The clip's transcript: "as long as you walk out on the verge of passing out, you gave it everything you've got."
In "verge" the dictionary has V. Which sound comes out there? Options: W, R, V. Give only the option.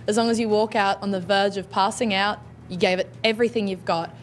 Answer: V